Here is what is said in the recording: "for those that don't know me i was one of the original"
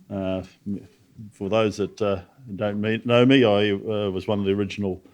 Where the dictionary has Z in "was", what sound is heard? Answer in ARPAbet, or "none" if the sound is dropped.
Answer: Z